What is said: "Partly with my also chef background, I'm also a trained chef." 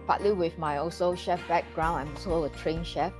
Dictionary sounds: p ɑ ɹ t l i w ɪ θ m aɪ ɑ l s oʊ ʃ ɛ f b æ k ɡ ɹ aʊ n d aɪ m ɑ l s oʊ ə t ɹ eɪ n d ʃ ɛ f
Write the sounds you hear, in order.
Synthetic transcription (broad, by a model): p ɑ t l i w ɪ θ m aɪ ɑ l s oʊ ʃ ɛ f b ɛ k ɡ ɹ aʊ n aɪ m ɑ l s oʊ ə t ɹ eɪ n ʃ ɛ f